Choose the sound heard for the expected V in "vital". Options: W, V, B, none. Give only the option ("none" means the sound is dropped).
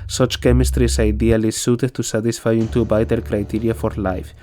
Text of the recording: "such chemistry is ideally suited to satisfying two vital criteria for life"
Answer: B